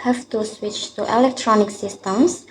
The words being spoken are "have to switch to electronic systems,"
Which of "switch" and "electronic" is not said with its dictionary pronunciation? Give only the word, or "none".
none